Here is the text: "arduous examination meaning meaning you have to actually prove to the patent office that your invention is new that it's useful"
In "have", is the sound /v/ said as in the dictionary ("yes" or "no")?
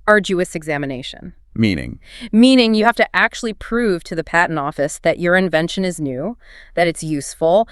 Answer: no